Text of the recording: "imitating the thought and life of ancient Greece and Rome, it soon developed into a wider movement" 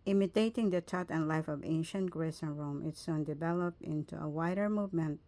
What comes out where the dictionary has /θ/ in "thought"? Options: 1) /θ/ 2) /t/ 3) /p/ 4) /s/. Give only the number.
2